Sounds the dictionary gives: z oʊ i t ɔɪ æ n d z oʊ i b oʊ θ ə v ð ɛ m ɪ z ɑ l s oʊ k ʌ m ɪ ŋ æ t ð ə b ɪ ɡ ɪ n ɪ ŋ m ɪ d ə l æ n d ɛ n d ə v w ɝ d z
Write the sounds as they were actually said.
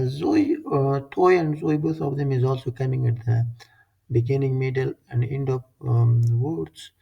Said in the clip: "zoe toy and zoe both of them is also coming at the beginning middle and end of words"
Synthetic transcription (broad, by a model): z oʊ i t ɔɪ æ n d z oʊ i b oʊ t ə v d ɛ m ɪ z ɑ l s oʊ k ʌ m ɪ ŋ æ t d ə b ɪ ɡ ɪ n ɪ ŋ m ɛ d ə l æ n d ɛ n d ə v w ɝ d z